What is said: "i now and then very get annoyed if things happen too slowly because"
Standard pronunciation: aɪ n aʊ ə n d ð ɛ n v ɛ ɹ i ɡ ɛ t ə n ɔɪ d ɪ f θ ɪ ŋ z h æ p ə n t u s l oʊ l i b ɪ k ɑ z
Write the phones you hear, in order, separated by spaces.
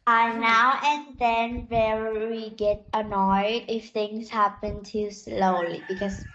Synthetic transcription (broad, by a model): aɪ n aʊ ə n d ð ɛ n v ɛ w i ɡ ɛ t ə n ɔɪ d ɪ f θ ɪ ŋ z h æ p ə n t u s l oʊ l i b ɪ k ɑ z